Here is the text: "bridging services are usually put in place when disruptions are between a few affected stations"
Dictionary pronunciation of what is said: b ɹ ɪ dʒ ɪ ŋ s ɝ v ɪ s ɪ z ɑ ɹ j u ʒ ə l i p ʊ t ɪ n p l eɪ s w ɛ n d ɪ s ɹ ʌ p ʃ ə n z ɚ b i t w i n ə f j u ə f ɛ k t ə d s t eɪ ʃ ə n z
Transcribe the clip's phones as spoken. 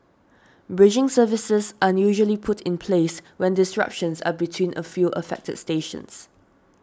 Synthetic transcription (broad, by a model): b ɹ ɪ dʒ ɪ ŋ s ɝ v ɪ s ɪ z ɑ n j u ʒ ə l i p ʊ t ɪ n p l eɪ s w ɛ n d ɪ s ɹ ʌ p ʃ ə n s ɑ b i t w i n ə f j u ə f ɛ k t ə d s t eɪ ʃ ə n s